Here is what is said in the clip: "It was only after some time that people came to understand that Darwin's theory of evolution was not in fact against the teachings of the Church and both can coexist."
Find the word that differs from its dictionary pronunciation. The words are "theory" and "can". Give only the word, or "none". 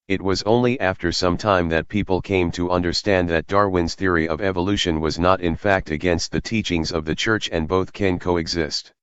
none